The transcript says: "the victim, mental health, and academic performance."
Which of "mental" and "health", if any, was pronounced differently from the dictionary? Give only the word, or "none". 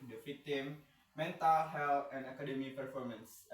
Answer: health